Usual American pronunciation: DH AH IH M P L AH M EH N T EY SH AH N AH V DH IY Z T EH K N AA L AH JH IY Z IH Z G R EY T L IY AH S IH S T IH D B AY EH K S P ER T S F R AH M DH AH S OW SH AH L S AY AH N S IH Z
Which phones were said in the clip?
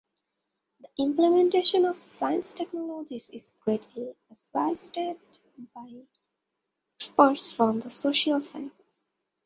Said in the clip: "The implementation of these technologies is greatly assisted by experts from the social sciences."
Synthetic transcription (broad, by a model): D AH IH M P L AH M EH N T EY SH AH N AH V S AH S T EH K N AA L AH JH IY Z IH Z G R EY T L IY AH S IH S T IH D B AY K S P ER T S F R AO M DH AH S OW SH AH L S AY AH N S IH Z